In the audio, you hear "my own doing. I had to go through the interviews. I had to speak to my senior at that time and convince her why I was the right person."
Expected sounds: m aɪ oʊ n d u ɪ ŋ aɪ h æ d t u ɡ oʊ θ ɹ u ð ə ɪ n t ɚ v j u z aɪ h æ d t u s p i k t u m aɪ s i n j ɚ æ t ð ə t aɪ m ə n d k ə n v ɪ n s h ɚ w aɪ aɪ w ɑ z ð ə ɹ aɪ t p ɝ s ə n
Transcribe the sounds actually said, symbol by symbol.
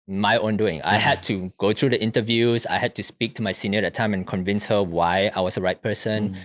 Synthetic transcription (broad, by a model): m aɪ oʊ n d u ɪ ŋ aɪ h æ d t u ɡ oʊ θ ɹ u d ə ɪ n t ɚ v j u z aɪ h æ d t u s p i k t u m aɪ s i n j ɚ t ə t aɪ m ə n k ə n v ɪ n s h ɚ w aɪ aɪ w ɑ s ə ɹ aɪ t p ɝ s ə n